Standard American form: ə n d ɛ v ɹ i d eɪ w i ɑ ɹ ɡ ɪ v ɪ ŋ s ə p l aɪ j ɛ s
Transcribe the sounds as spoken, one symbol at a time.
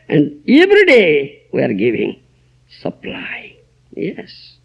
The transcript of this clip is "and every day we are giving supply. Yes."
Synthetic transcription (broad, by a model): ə n d ɛ v ɹ i d eɪ w i ɑ ɹ ɡ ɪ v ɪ ŋ s ə p l aɪ j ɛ s